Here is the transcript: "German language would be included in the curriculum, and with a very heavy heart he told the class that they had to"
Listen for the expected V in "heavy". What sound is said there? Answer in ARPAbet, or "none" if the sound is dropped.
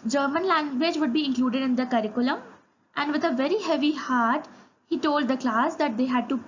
V